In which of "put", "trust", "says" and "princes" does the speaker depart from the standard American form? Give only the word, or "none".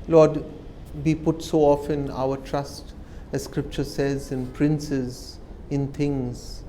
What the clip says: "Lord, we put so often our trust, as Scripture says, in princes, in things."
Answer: none